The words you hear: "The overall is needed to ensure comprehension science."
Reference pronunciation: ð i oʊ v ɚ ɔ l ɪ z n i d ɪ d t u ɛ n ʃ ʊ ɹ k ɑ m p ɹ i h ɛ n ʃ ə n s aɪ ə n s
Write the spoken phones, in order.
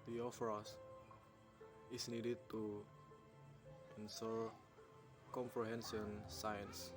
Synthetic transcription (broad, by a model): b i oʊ f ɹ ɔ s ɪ s n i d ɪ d t u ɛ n s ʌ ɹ k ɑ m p ɹ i h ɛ n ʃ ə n s aɪ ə n s